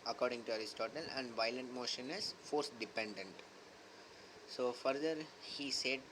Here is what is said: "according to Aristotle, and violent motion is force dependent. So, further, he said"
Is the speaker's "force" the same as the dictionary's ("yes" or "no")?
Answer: yes